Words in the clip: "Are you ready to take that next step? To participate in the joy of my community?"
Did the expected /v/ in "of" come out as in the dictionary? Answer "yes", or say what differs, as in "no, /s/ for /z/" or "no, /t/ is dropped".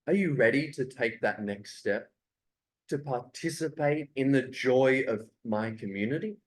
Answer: yes